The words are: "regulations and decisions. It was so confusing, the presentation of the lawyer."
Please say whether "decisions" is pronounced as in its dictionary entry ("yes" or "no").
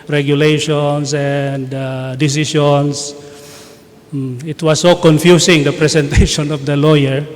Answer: no